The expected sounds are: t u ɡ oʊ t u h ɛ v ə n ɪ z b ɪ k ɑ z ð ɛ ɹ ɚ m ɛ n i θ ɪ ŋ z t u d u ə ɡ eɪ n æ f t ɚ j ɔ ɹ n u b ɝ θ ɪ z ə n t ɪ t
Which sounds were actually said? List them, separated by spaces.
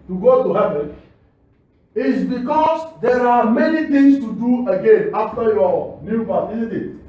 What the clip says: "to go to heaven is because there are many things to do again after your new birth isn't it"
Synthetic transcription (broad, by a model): t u ɡ oʊ t u h ɛ v ə n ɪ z b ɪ k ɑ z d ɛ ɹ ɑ m ɛ n i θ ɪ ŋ s t u d u ə ɡ eɪ n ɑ f t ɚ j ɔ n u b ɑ t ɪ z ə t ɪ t